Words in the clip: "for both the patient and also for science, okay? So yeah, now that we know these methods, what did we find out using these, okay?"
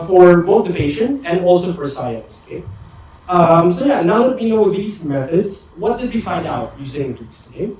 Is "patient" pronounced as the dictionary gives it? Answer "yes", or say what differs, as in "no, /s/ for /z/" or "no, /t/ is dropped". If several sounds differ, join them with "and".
no, /t/ is dropped